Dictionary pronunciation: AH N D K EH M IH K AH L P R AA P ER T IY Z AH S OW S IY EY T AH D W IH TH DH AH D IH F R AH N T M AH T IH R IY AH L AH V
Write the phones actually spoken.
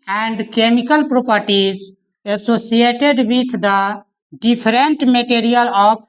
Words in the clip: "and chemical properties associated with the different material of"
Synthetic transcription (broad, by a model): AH N D K EH M IH K AH L P R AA P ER T IY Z AH S OW S IY EY T AH D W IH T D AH D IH P R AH N T M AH T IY R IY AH L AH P